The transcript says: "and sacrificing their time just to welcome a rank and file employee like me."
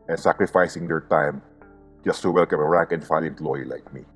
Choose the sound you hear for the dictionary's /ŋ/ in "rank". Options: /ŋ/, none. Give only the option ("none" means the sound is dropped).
none